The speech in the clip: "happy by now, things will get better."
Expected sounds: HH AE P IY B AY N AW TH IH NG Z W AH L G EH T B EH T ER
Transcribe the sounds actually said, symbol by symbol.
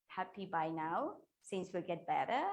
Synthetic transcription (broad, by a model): HH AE P IY B AY N AW S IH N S W AH L G EH T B EH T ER